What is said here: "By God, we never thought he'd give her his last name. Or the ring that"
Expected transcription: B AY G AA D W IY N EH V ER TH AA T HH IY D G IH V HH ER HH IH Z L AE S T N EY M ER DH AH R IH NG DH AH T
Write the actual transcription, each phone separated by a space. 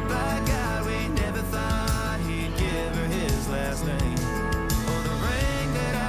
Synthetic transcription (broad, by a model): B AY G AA W IY N EH V ER TH AA T HH IY D G IH V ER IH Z L AE S T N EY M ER DH AH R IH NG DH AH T